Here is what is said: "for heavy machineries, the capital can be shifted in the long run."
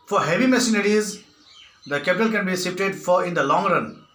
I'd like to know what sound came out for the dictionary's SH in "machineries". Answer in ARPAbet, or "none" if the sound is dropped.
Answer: S